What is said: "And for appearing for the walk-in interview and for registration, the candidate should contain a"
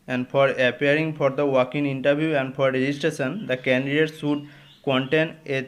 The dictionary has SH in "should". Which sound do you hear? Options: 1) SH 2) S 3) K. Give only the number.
2